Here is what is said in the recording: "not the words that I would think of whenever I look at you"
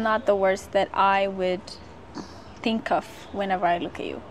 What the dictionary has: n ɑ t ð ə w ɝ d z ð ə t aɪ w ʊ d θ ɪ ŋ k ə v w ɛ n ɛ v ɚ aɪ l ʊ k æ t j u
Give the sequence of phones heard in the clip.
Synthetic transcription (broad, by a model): n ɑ t ð ə w ɝ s ð ə t aɪ w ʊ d θ ɪ ŋ k ə v w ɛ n ɛ v ɚ aɪ l ʊ k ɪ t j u